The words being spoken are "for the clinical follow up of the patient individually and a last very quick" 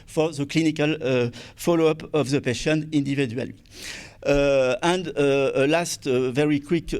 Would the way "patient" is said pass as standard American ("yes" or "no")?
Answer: no